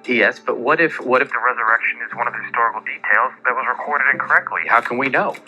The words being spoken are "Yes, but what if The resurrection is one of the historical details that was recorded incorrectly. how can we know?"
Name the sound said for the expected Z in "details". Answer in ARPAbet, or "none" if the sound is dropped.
Z